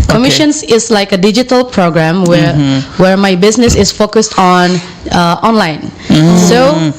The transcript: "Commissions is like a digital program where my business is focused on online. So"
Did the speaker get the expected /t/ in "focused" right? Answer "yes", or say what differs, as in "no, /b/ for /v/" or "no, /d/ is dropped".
yes